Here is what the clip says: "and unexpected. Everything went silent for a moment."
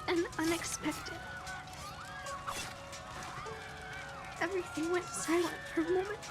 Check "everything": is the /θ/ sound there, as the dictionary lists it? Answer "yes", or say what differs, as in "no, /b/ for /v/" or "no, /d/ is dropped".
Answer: yes